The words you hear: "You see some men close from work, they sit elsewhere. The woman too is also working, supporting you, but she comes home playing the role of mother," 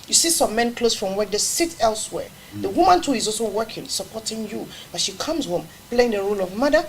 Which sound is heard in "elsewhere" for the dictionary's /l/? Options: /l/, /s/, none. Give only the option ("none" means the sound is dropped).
/l/